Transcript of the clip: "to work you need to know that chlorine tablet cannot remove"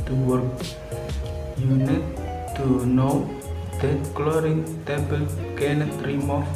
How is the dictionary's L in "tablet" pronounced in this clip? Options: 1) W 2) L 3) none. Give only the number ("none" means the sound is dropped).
3